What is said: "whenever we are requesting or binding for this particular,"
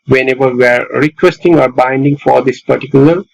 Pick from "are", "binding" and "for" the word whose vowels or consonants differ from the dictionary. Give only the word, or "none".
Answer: none